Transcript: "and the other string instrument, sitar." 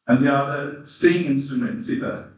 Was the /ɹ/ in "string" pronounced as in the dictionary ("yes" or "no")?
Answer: no